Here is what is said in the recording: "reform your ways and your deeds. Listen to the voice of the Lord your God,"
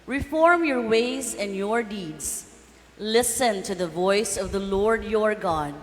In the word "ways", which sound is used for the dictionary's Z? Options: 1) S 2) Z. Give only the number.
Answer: 2